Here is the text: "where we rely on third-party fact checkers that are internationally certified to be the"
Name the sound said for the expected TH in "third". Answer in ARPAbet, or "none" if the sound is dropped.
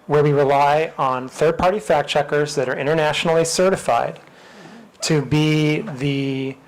TH